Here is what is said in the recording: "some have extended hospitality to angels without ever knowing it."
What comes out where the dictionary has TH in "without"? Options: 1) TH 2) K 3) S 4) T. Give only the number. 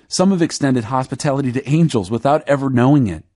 1